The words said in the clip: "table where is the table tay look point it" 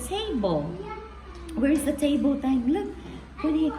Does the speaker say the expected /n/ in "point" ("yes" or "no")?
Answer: no